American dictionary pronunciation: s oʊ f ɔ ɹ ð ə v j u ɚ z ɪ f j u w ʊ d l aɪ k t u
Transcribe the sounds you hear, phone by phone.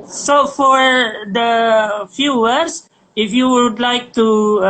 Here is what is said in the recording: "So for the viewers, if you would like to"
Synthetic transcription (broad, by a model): s oʊ f ɔ ɹ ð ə f j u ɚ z ɪ f j u w ʊ d l aɪ k t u